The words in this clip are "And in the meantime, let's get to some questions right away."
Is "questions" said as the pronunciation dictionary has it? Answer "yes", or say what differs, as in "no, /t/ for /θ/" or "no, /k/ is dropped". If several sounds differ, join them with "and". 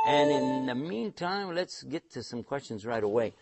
yes